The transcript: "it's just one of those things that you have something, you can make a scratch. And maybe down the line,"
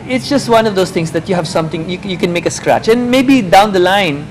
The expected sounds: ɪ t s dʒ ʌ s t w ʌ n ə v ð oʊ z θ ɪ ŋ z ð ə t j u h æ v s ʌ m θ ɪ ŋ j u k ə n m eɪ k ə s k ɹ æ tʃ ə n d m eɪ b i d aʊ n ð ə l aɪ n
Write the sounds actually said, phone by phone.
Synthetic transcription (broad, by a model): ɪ t s dʒ ʌ s t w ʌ n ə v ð oʊ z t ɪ ŋ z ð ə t j u h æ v s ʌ m t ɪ ŋ j u k ə n m eɪ k ə s k ɹ æ tʃ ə n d m eɪ b i d aʊ n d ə l aɪ n